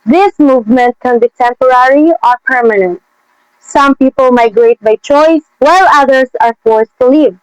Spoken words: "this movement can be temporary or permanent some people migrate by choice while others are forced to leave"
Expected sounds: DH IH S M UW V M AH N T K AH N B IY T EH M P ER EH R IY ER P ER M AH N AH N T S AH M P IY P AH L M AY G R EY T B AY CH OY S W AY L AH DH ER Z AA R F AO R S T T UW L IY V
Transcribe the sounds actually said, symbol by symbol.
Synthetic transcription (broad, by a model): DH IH S M UW V M AH N T K AH N B IY T EH M P ER EH R IY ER P ER M AH N AH N T S AH M P IY P AH L M AY G R EY T B AY CH OY S W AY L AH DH ER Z AA R F AO R S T T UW L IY V